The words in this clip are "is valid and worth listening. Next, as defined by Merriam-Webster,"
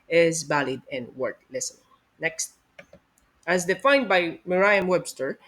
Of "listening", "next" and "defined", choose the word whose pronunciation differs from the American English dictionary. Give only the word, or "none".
listening